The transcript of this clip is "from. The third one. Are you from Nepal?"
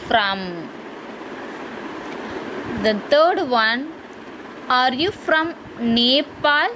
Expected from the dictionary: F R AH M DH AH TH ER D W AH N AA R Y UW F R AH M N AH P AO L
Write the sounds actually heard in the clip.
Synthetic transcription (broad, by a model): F R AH M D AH T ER D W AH N AA R Y UW F R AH M N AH P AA L